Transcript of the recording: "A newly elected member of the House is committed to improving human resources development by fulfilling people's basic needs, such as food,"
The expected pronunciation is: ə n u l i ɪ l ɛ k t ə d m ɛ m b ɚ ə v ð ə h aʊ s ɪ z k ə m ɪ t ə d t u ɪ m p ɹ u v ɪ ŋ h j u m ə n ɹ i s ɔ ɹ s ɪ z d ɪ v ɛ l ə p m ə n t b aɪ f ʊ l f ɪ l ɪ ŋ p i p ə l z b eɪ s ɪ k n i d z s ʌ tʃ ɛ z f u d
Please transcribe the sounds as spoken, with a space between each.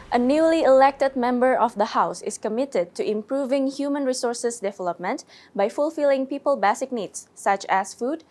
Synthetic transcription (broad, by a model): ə n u l i ɪ l ɛ k t ə d m ɛ m b ɚ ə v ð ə h aʊ s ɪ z k ə m ɪ t ə d t u ɪ m p ɹ u v ɪ ŋ h j u m ə n ɹ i s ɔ ɹ s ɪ s d ɪ v ɛ l ə p m ə n t b aɪ f ʊ l f ɪ l ɪ ŋ p i p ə l b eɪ s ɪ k n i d s ʌ tʃ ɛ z f u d